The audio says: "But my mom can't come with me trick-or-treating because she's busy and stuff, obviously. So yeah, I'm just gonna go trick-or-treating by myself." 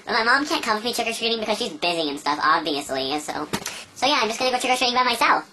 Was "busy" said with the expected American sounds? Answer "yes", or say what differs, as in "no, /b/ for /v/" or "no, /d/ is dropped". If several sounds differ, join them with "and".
yes